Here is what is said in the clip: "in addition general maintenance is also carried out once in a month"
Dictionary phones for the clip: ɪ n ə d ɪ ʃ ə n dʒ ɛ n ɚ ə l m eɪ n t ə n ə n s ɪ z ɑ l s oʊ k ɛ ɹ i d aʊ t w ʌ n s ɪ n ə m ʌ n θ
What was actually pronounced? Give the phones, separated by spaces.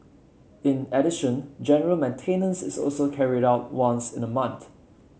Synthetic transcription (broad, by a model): ɪ n ə d ɪ ʃ ə n dʒ ɛ n ɚ ə l m eɪ n t ə n ə n s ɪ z ɑ l s oʊ k ɛ ɹ i d aʊ t w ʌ n s ɪ n ə m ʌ n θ